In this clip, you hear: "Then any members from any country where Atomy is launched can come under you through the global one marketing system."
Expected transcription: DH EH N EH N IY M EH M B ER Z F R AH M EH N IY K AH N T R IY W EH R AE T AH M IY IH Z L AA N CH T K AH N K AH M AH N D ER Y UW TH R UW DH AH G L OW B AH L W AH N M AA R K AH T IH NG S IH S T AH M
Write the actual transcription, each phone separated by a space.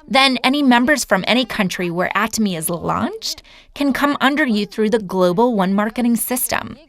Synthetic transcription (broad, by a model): DH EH N EH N IY M EH M B ER Z F R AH M EH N IY K AH N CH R IY W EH R AE T AH M IY IH Z L AA N CH T K AH N K AH M AH N D ER Y UW TH R UW DH AH G L OW B L W AH N M AA R K AH T IH NG S IH S T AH M